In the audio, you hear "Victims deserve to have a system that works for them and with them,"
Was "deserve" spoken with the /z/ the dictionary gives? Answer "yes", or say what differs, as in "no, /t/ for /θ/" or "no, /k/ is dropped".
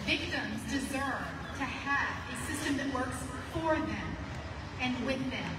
yes